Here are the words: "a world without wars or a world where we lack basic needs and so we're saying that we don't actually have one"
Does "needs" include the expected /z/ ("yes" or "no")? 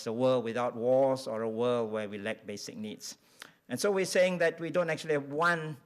no